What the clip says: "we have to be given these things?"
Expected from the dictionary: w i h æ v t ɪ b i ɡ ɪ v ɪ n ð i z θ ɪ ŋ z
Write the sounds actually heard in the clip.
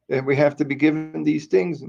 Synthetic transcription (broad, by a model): w i h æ f t ɪ b i ɡ ɪ v ɪ n ð i z θ ɪ ŋ z